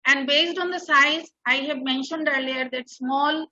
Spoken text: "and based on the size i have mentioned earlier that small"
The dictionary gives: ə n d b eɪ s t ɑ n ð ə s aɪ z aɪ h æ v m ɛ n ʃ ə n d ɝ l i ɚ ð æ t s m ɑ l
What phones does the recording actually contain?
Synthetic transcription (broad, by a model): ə n d b eɪ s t ɑ n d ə s aɪ z aɪ h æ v m ɛ n ʃ ə n d ɝ l i ɚ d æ t s m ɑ l